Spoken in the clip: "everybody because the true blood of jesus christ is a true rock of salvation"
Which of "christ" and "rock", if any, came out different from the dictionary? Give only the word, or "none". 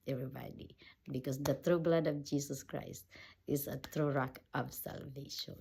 none